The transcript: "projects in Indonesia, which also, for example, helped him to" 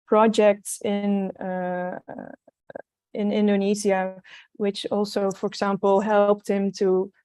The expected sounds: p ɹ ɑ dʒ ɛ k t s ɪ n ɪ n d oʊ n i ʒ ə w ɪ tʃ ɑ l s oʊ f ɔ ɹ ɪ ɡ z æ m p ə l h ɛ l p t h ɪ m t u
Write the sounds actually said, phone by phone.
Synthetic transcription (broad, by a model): p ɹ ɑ dʒ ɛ k t s ɪ n ɪ n d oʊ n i z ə w ɪ tʃ ɑ l s oʊ f ɔ ɹ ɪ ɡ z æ m p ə l h ɛ l p t h ɪ m t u